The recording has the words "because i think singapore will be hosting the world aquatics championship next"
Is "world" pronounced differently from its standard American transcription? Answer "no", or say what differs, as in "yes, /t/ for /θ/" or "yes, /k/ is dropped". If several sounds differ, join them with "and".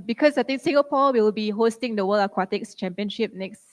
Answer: yes, /d/ is dropped